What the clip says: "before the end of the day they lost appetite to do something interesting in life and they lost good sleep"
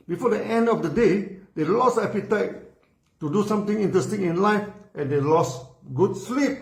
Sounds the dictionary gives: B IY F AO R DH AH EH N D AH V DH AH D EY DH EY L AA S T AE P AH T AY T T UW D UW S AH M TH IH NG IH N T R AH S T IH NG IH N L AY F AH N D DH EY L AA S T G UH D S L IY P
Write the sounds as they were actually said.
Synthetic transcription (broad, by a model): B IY F AO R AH EH N D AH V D AH D EY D EY L AA S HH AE P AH T AY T T UW D UW S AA M T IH NG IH N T R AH S T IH NG IH N L AY F AH N D EY L AA S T G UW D S L IY P